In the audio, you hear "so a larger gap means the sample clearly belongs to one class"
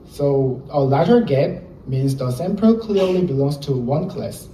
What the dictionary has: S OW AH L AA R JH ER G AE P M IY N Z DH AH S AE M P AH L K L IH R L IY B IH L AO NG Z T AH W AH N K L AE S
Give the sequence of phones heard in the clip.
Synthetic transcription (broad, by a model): S OW AH L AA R ER G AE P M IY N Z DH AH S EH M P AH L K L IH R L IY B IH L AO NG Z T AH W AH N K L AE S